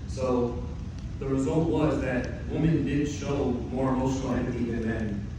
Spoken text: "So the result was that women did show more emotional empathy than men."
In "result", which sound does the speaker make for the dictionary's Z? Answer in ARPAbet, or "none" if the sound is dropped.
Z